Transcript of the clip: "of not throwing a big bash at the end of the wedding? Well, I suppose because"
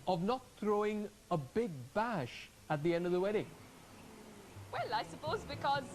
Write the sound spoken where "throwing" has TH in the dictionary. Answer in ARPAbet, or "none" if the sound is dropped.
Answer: TH